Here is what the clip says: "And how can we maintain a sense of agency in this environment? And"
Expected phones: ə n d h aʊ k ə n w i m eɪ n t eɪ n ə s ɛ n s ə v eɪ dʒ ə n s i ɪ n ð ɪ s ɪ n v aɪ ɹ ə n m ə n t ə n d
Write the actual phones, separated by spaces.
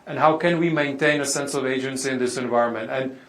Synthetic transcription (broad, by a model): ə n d h aʊ k ə n w i m eɪ n t eɪ n ə s ɛ n s ə v eɪ dʒ ə n s i ɪ n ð ɪ s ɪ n v aɪ ɹ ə n m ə n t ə n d